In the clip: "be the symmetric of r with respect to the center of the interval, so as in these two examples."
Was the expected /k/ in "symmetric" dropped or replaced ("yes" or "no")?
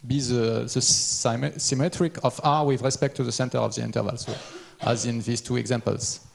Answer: no